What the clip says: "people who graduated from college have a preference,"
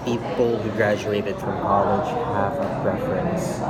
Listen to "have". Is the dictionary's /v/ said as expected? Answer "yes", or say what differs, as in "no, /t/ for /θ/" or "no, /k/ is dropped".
no, /f/ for /v/